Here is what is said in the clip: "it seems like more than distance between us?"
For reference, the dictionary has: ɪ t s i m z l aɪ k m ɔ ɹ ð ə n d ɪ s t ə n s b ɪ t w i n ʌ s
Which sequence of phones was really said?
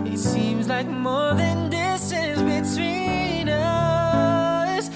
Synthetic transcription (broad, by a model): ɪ t s i m z l aɪ k m ɔ ɹ ð ə n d ɪ s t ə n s b ɪ t w i n ʌ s